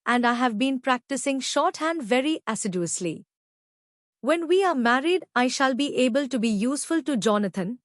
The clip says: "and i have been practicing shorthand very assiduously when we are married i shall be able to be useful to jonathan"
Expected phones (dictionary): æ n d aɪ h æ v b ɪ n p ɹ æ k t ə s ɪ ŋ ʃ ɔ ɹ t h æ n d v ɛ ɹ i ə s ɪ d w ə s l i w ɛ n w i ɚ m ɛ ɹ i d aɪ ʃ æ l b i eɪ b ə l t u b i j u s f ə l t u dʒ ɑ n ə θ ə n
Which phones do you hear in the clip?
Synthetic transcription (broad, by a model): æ n d aɪ h æ v b ɪ n p ɹ æ k t ə s ɪ ŋ ʃ ɔ ɹ t h æ n d v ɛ ɹ i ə s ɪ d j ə s l i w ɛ n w i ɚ m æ ɹ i d aɪ ʃ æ l b i eɪ b ə l t u b i j u s f ə l t u dʒ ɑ n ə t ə n